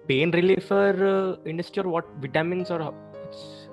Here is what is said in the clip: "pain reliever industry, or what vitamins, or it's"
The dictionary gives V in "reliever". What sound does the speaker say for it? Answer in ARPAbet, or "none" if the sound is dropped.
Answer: F